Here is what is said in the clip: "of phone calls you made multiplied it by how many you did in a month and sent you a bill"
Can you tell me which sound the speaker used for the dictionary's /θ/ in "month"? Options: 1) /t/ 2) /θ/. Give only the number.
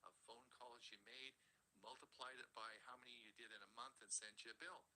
2